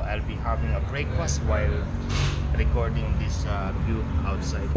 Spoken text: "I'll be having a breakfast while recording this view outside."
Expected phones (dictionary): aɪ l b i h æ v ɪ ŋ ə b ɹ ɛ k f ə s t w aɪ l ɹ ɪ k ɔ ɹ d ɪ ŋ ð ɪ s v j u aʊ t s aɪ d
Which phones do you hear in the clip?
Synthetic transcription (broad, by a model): aɪ l b i h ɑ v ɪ ŋ ə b ɹ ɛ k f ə s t w aɪ l ɹ ɪ k ɔ ɹ d ɪ ŋ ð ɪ s b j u aʊ t s aɪ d